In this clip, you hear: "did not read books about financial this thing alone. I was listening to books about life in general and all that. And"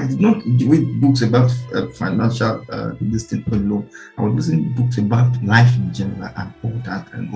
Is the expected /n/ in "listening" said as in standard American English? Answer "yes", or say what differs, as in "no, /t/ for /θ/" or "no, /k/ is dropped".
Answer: no, /n/ is dropped